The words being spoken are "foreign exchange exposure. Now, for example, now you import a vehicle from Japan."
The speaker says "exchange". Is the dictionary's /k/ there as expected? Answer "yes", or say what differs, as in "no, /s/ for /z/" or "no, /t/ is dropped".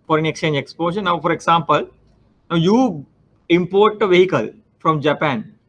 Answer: yes